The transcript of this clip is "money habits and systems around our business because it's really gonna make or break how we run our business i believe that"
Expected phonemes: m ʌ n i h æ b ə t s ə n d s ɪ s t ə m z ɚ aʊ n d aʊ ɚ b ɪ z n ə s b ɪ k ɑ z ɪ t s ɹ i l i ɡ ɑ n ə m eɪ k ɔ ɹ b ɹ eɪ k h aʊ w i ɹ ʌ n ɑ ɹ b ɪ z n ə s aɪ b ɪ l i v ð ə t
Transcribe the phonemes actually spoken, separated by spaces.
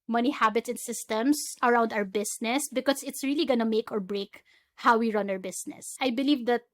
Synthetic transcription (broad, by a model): m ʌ n i h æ b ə t s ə n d s ɪ s t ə m s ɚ aʊ n d aʊ ɚ b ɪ s n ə s b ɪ k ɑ s ɪ t s ɹ i l i ɡ ɑ n ə m eɪ k ɔ ɹ b ɹ eɪ k h aʊ w i ɹ ʌ n ɑ ɹ b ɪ s n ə s aɪ b ɪ l i v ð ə t